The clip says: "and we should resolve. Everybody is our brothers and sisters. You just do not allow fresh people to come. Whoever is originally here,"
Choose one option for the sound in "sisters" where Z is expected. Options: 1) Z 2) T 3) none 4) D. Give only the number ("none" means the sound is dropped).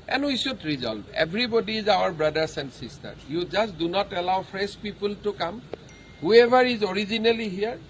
3